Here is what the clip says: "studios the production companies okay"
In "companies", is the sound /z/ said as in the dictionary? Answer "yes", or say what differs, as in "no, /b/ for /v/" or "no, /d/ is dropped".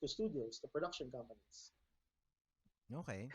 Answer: no, /s/ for /z/